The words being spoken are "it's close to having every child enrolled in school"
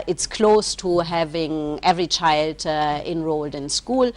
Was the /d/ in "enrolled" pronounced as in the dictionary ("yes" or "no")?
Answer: yes